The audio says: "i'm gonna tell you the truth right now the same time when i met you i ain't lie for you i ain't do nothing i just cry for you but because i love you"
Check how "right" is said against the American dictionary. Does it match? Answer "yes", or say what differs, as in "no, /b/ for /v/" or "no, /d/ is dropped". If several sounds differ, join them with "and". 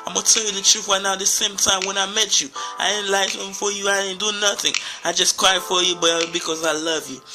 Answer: no, /w/ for /ɹ/